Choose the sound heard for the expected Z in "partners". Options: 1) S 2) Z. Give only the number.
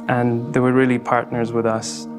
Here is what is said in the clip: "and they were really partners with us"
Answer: 2